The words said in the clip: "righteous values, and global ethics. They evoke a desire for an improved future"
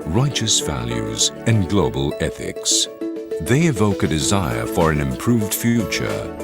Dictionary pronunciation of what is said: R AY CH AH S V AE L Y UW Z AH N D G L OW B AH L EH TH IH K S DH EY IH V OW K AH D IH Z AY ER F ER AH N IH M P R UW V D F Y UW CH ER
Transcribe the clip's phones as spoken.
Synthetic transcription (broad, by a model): R AY CH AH S V AE L Y UW Z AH N G L OW B AH L EH TH IH K S DH EY IH V OW K AH D IH Z AY ER F ER AH N IH M P R UW V D F Y UW CH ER